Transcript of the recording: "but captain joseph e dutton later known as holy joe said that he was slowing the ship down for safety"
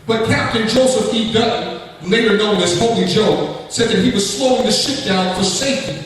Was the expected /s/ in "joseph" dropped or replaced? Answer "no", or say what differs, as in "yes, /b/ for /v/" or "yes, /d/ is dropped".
no